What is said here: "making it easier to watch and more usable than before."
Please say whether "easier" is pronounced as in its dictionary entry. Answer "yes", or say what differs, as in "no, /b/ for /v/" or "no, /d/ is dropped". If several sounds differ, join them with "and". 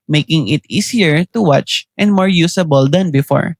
no, /s/ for /z/